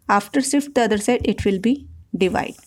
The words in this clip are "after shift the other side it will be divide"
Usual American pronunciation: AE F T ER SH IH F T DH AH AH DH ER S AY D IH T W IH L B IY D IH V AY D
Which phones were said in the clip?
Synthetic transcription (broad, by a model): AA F T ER S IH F T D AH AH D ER S AY D IH T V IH L B IY D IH V AY D